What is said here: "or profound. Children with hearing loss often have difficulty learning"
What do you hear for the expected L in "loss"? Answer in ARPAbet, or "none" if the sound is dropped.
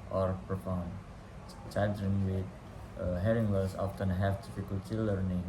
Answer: W